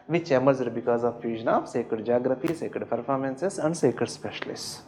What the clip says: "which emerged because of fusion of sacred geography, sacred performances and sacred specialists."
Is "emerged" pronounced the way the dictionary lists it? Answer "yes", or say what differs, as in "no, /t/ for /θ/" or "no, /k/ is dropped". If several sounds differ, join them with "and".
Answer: no, /z/ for /dʒ/